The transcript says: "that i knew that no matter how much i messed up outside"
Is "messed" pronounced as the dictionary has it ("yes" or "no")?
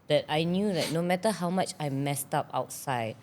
yes